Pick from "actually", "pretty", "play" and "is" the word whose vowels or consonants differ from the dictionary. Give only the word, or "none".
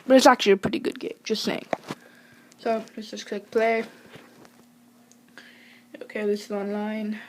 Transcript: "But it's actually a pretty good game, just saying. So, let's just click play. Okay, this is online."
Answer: none